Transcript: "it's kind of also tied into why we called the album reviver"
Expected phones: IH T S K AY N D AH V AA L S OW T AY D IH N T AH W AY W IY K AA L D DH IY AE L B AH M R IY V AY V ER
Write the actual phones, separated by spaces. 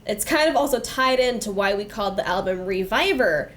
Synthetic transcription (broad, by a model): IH T S K AY N D AH V AA L S OW T AY D IH N T AH W AY W IY K AA L D DH IY AE L B AH M R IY V AY V ER